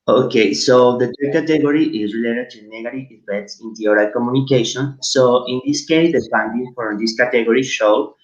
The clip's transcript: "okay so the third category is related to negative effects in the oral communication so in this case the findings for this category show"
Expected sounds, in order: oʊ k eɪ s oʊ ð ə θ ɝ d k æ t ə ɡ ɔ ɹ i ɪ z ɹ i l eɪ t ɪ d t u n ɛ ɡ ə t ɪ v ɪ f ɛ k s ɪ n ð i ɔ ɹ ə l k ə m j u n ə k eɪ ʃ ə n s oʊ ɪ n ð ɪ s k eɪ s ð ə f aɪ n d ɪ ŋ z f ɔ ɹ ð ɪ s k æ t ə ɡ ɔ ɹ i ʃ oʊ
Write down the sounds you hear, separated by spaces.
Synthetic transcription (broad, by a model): oʊ k eɪ s oʊ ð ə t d k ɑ t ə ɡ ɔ ɹ i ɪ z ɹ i l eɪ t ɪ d t u n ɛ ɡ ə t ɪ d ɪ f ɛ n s ɪ n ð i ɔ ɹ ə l k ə m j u n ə k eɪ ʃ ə n s oʊ ɪ n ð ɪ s k eɪ s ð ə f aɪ n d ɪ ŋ f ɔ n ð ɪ s k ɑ t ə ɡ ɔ ɹ i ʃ oʊ